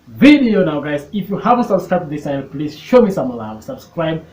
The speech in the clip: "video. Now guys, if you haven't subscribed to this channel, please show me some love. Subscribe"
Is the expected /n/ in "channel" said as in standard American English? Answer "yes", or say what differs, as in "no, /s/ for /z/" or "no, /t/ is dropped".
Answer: no, /n/ is dropped